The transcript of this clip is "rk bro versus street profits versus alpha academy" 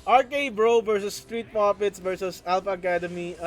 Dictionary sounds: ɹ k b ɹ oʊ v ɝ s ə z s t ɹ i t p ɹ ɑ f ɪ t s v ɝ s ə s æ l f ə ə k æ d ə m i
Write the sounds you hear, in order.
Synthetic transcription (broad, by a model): ɹ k b ɹ oʊ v ɝ s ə s t ɹ i t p ɑ p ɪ t s v ɝ s ə s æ l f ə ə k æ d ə m i